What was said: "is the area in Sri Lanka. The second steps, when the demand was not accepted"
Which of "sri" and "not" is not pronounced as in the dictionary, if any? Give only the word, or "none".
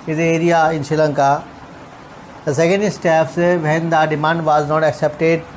sri